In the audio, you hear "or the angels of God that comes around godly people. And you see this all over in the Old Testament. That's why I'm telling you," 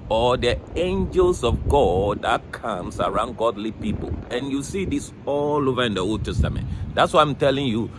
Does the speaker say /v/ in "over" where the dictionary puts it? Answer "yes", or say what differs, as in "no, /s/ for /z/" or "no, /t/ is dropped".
yes